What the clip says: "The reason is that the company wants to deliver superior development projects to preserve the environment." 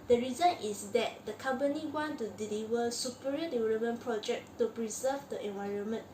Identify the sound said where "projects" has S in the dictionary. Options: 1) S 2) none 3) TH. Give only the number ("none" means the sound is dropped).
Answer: 2